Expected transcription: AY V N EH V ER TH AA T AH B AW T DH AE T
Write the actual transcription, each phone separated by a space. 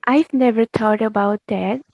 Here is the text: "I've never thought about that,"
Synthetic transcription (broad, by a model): AY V N EH V ER T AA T AH B AW T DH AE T